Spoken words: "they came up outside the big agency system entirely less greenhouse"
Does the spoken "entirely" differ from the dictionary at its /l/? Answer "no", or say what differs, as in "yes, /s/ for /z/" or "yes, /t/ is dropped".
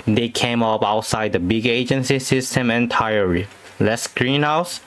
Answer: yes, /l/ is dropped